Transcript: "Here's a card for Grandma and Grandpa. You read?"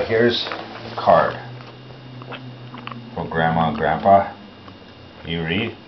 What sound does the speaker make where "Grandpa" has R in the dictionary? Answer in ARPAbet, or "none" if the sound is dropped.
R